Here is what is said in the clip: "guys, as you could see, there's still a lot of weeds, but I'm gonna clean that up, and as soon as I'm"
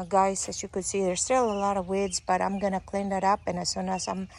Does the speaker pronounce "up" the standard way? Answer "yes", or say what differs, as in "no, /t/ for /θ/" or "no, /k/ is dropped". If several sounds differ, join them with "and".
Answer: yes